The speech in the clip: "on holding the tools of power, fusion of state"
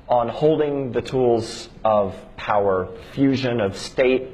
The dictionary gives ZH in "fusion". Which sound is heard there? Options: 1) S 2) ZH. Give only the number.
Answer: 2